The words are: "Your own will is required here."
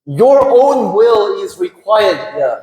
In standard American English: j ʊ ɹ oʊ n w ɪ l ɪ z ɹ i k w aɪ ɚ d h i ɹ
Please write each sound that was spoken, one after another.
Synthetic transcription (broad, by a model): j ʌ ɹ oʊ n w ɪ l ɪ z ɹ i k w aɪ ɚ d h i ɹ